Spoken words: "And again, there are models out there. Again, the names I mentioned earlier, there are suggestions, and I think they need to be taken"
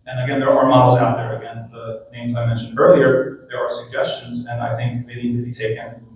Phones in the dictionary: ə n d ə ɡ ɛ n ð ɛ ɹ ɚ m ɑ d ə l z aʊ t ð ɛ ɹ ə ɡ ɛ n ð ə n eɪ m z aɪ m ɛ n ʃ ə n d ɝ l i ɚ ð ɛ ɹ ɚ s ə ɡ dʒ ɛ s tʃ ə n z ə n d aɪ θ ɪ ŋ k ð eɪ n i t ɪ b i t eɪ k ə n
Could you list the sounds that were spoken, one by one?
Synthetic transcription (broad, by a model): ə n ə ɡ ɛ n ð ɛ ɹ ɚ m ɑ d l z aʊ t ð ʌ ɹ ə ɡ ɛ n ð ə n eɪ m z aɪ m ɛ n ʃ n d ɝ l i ɚ ð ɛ ɹ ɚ s ə ɡ dʒ ɛ s tʃ ə n z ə n aɪ θ ɪ ŋ k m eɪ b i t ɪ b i t eɪ k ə n